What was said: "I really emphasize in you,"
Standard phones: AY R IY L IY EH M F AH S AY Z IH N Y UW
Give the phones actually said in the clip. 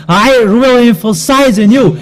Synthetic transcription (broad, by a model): AY R IY L IY EH M F AH S AY Z IH N Y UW